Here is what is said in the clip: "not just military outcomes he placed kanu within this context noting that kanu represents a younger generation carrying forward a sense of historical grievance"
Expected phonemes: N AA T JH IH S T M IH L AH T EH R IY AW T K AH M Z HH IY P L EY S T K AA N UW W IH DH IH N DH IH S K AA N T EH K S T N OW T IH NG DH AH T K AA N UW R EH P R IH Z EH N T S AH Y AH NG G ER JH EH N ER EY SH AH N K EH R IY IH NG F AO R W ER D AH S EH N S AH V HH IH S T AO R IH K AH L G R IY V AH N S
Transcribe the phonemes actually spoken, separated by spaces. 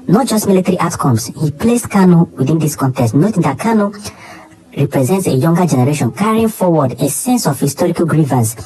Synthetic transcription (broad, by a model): N AA T JH IH S T M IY L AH T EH R IY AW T K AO M S HH IY P L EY S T K AA N UW W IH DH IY N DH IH S K AA N T EH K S T N OW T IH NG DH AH T K AA N UW R EH P R IH Z EH N T S AH Y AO NG G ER JH EH N ER EY SH AH N K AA R IY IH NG F AO W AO D AH S EH N S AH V HH IH S T AO R IH K AH L G R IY V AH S